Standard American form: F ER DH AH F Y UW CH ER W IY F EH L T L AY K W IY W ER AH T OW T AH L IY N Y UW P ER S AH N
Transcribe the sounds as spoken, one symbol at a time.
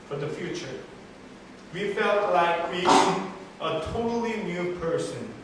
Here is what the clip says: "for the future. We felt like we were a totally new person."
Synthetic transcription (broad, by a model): F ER DH AH F Y UW CH ER W IY F EH L T L AY K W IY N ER AH T OW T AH L IY N Y UW P ER S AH N